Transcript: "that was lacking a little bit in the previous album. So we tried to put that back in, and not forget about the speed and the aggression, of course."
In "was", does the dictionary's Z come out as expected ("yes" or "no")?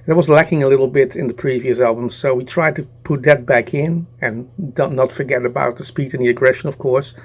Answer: yes